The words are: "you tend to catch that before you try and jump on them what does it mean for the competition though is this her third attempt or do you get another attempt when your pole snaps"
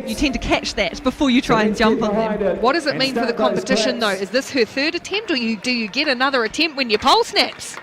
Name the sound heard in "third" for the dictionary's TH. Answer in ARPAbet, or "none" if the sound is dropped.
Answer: TH